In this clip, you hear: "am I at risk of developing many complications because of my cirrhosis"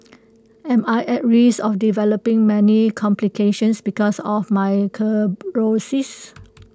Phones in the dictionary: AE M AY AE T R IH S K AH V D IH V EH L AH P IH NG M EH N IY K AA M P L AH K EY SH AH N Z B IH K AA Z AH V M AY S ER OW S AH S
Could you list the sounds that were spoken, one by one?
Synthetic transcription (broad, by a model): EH M AY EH T R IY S AH F D IH V EH L AH P IH NG M EH N IY K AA M P L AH K EY SH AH N S B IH K AA S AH F M AY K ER OW S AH S